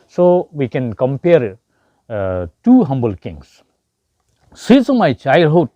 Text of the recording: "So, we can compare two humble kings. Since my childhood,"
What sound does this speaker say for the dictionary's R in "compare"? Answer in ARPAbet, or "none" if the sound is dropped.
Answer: R